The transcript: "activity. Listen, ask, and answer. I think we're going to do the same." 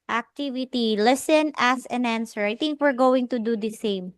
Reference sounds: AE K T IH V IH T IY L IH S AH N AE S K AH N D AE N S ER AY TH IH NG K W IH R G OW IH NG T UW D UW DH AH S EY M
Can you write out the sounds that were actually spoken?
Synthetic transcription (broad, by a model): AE K T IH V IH T IY L IH S AH N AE S AH N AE N S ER AY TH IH NG K W IH R G OW IH NG T UW D UW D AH S EY M